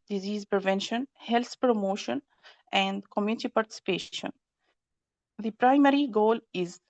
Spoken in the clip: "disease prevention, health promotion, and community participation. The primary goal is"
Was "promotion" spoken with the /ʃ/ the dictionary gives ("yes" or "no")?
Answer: yes